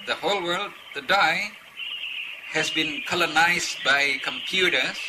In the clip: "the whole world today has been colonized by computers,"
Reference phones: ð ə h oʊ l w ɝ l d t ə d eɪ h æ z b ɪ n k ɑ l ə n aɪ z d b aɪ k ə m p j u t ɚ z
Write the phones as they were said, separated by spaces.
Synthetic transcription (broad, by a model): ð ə h oʊ l w ɝ l d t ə d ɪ h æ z b ɪ n k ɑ l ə n aɪ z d b aɪ k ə m p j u t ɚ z